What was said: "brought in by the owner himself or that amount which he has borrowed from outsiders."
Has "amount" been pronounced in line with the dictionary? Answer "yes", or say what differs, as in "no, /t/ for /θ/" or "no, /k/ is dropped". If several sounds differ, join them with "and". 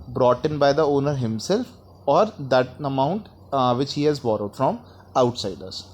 yes